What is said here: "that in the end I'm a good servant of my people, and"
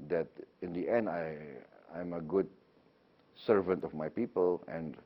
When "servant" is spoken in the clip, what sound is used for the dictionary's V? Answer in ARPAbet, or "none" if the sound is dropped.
V